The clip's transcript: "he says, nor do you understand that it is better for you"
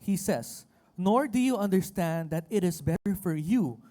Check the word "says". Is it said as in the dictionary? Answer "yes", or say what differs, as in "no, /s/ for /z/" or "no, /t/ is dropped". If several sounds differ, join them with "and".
no, /s/ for /z/